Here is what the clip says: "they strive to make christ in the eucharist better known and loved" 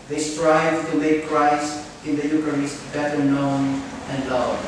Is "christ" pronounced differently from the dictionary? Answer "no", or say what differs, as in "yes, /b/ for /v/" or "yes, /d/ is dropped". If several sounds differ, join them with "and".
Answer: yes, /t/ is dropped